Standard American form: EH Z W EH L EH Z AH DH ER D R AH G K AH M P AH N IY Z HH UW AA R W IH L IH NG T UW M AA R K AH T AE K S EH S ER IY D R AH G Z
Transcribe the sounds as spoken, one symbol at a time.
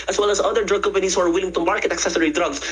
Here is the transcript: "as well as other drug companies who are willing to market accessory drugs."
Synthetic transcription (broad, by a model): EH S W EH L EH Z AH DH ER D R AH G K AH M P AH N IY S HH UW AA R W IH L IH NG T UW M AA R K AH T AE K S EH S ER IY D R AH G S